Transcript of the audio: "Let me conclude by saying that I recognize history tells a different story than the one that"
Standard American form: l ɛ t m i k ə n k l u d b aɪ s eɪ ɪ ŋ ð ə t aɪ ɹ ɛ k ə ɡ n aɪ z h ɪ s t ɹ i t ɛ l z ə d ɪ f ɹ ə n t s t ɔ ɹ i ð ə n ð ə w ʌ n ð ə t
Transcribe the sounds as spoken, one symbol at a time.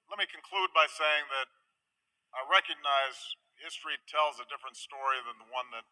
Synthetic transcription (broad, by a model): l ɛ t m i k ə n k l u d b aɪ s eɪ ɪ ŋ ð ə t aɪ ɹ ɛ k ə ɡ n aɪ z h ɪ s t ɹ i t ɛ l z ə d ɪ f ɹ ə n t s t ɔ ɹ i ð ə n ð ə w ʌ n ð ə t